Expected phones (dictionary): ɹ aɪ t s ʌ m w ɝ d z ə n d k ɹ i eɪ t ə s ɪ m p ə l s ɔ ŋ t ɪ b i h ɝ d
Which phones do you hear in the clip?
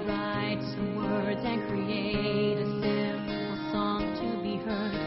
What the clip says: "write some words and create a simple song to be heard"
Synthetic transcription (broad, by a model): ɹ aɪ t s ʌ m w ɝ d z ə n k ɹ i eɪ t ə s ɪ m ə s ɔ ŋ t ɪ b i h ɝ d